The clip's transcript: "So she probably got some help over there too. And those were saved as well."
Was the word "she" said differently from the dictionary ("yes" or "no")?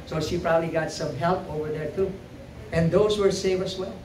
no